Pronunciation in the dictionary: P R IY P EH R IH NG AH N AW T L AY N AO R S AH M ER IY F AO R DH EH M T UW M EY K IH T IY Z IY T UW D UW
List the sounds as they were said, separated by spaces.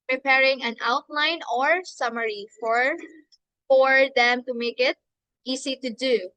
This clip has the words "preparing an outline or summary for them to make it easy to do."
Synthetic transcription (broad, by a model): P R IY P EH R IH NG AH N AW T L AY N AO R S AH M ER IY F AO R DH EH M T UW M EY K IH T IY S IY T UW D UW